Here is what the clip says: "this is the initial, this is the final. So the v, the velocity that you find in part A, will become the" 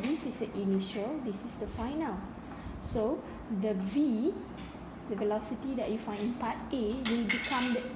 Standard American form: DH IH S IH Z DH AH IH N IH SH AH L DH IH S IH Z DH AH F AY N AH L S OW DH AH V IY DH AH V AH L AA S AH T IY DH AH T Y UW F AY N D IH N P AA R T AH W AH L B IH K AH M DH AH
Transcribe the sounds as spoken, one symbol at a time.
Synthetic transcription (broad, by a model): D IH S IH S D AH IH N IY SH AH L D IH S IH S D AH F AY N AH L S OW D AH V IY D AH V AH L AA S AH T IY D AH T Y UW F AY N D IH N P AA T AH W AH L B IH K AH M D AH